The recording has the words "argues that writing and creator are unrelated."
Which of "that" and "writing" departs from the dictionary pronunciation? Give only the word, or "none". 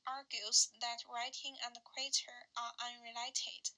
none